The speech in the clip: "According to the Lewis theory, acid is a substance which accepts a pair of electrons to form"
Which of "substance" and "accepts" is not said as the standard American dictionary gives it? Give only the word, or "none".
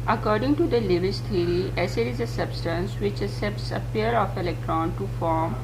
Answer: accepts